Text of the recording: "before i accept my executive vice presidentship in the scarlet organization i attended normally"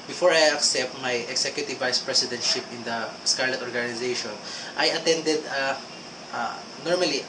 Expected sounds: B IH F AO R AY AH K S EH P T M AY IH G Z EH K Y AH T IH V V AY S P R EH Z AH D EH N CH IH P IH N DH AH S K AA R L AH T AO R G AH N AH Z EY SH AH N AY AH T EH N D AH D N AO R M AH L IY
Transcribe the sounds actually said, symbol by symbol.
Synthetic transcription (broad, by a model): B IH F AO R AY AH K S EH P T M AY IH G S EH K Y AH T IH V V AY S P R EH S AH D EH N CH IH P IH N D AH S K AA R L AH T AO R G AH N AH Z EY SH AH N AY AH T EH N D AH D N AO R M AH L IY